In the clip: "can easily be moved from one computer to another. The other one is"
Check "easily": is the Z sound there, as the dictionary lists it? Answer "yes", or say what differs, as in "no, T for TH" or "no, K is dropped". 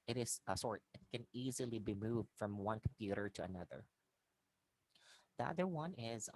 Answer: yes